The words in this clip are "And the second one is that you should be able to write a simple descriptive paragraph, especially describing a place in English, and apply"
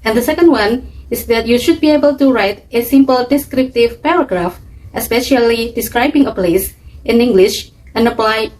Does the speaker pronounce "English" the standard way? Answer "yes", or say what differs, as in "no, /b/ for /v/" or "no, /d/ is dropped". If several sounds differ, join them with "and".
yes